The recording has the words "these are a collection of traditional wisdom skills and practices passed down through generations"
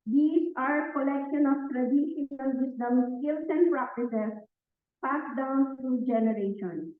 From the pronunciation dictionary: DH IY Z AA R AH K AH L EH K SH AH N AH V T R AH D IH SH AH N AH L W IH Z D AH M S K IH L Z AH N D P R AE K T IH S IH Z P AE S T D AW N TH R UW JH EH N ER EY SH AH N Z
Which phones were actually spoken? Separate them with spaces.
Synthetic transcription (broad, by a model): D IY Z AA R K AH L EH K SH AH N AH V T R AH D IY AH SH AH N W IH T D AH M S K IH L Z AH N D P R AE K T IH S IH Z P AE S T D AW N T R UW JH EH N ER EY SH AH N